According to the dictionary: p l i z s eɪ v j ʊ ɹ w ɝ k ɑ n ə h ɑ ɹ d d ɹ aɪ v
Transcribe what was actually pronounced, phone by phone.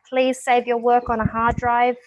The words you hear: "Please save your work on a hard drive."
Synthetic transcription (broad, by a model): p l i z s eɪ v j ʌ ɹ w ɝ k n ə h ɑ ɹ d d ɹ aɪ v